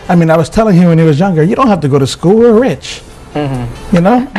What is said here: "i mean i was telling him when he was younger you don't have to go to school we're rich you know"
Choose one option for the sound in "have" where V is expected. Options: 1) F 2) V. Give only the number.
1